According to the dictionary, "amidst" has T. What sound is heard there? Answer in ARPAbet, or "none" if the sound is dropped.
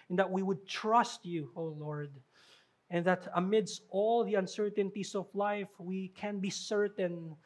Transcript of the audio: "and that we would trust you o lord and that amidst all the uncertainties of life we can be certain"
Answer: T